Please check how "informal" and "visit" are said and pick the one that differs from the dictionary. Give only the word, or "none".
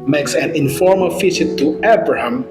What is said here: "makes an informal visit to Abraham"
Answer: visit